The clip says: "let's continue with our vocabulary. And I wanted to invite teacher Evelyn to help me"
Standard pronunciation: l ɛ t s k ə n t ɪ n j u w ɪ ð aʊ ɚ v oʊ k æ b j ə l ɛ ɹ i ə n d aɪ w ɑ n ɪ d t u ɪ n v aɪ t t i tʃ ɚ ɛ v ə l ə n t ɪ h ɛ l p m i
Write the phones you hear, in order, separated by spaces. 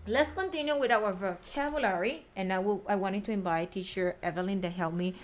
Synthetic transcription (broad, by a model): l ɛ t s k ə n t ɪ n j u w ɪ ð aʊ ɚ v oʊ k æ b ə l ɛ ɹ i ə n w aɪ w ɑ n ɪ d t u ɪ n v aɪ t t i tʃ ɚ ɛ v ə l ə n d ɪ h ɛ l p m i